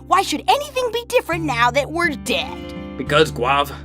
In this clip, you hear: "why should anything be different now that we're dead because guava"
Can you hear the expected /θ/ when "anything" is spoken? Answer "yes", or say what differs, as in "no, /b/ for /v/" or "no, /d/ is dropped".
yes